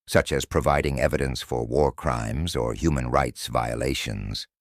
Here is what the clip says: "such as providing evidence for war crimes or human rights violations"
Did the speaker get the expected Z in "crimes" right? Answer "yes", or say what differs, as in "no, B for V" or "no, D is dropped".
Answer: yes